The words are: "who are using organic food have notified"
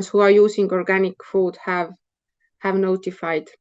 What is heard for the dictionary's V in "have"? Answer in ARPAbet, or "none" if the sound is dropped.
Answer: V